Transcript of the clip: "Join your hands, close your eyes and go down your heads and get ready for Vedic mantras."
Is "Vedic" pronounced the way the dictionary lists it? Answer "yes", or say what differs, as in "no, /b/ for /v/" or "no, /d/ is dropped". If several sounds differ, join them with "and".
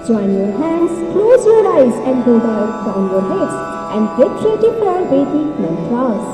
no, /b/ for /v/